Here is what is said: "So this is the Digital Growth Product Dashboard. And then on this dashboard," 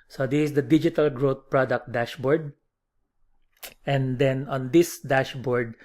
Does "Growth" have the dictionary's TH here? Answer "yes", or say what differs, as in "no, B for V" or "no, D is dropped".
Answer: no, T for TH